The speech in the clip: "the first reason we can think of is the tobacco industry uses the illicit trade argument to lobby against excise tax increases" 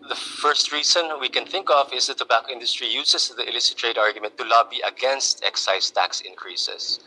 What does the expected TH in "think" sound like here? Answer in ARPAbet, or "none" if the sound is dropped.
TH